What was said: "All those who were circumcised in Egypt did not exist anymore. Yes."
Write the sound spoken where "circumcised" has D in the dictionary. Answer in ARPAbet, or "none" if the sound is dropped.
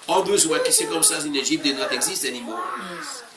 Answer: none